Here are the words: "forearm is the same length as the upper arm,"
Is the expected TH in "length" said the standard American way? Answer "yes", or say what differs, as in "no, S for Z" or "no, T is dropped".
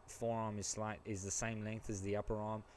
yes